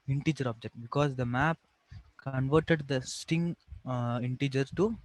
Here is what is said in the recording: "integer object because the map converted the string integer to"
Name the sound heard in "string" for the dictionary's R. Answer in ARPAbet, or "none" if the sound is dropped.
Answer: none